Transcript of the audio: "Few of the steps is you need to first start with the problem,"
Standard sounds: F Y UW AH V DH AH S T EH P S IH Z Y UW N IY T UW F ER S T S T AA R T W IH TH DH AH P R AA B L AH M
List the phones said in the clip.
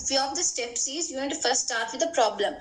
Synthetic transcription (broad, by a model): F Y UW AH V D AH S T EH P S IH Z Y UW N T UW F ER T S T AA R T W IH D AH P R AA B L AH M